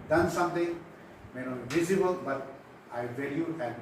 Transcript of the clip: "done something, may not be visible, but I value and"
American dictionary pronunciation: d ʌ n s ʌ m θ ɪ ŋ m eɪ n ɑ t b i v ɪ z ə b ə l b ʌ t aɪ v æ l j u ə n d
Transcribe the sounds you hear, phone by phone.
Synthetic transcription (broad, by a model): d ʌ n s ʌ m t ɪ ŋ m eɪ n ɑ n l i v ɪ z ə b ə l b ʌ t aɪ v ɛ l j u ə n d